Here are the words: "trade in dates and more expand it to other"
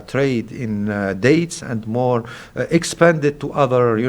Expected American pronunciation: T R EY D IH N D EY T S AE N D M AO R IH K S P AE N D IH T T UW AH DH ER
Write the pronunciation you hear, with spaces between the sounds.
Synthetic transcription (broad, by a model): T R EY D IH N D EY T S AE N D M AO R IH K S P AE N D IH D T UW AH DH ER